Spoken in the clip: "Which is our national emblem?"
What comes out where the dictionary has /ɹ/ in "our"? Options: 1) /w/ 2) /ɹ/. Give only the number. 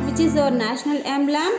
2